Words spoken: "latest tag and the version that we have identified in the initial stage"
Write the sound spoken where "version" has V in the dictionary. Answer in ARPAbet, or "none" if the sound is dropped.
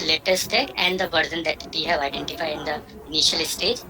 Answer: B